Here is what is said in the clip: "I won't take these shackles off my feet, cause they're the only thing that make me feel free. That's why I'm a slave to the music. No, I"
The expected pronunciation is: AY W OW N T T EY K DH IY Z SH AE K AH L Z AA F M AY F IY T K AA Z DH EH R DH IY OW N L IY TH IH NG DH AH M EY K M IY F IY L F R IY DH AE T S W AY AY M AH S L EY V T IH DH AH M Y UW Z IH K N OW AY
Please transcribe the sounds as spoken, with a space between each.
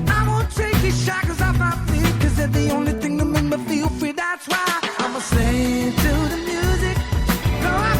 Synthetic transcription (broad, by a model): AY W OW N T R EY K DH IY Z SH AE K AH Z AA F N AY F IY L K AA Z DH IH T DH IY OW N L IY TH IH NG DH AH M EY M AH F IY L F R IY DH AE T S W AY AY M AH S EY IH T IH DH AH M Y UW Z IH K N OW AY